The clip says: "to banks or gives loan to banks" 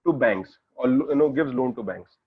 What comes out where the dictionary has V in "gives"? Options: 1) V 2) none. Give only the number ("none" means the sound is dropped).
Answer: 1